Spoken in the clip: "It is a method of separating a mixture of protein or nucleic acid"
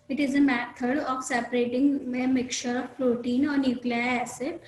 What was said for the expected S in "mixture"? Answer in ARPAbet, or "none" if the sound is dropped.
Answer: none